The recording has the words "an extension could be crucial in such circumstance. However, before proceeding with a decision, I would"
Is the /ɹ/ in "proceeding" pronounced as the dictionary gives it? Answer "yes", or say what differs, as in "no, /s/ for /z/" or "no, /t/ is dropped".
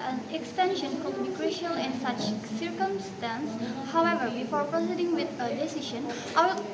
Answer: yes